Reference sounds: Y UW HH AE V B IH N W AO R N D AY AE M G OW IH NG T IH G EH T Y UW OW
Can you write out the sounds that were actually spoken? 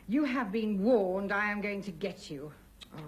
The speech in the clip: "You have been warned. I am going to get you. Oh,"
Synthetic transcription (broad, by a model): Y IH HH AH V B IH N W AO R N D AY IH M G OW IH NG T IH G EH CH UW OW